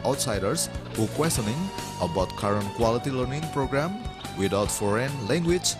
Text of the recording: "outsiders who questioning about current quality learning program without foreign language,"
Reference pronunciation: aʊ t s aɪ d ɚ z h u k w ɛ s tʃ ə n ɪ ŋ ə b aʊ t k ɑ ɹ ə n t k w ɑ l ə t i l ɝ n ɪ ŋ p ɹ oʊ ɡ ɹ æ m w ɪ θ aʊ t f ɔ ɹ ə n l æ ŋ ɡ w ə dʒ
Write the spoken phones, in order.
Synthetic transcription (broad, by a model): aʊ t s aɪ d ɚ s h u k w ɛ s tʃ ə n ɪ ŋ ə b aʊ t k ɑ ɹ ə n t k w ɑ l ə t i l ɝ n ɪ ŋ p ɹ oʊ ɡ ɹ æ m w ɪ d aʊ t f ɔ ɹ ə n l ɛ ŋ ɡ w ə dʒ